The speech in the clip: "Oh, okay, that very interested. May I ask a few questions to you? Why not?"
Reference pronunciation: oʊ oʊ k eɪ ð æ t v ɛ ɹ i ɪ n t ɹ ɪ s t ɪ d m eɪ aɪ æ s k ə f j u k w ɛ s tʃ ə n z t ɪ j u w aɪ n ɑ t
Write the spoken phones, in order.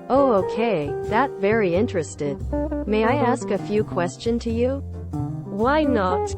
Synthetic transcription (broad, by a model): oʊ oʊ k eɪ ð æ t v ɛ ɹ i ɪ n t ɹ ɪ s t ɪ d m eɪ aɪ æ s k ə f j u k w ɛ s tʃ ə n t ɪ j u w aɪ n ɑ t